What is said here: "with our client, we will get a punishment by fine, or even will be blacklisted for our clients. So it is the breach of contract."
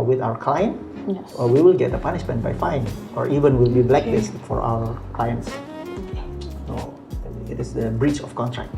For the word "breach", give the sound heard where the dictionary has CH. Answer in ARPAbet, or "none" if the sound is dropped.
CH